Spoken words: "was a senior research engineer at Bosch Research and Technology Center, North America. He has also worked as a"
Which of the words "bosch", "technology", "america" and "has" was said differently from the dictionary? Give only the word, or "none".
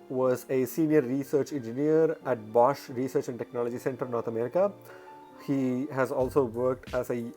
none